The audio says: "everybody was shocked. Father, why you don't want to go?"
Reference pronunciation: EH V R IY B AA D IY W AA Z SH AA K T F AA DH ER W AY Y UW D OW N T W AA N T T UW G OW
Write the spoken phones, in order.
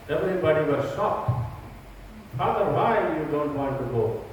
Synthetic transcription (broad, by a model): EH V R IY B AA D IY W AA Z S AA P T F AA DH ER W AY Y UW D OW N T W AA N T T UW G OW